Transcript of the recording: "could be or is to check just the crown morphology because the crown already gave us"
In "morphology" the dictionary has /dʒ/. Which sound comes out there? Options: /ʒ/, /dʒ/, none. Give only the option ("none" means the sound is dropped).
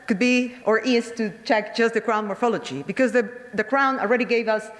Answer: /dʒ/